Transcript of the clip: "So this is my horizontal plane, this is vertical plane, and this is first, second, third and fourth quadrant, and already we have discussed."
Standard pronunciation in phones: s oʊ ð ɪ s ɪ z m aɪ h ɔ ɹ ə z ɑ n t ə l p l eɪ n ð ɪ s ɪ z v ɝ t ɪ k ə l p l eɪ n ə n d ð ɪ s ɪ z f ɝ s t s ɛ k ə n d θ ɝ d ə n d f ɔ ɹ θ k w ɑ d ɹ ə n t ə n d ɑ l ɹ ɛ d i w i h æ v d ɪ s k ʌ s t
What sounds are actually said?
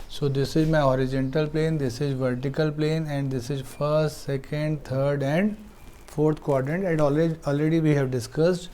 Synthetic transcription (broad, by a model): s oʊ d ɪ s ɪ z m aɪ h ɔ ɹ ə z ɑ n t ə l p l eɪ n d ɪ s ɪ z v ɝ t ɪ k ə l p l eɪ n ə n d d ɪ s ɪ z f ɝ s t s ɛ k ə n d t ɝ d ə n d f ɔ ɹ t k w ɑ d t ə n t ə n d ɑ l ɹ ɛ d i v i h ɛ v d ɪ s k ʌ s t